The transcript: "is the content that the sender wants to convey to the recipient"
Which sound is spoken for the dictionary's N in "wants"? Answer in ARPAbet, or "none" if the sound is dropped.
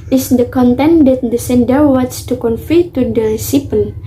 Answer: none